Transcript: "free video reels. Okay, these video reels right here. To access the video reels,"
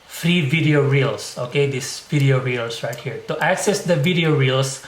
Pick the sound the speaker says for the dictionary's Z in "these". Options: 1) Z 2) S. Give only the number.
2